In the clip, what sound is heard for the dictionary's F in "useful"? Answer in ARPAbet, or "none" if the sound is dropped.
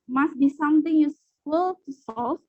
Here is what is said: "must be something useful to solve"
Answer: none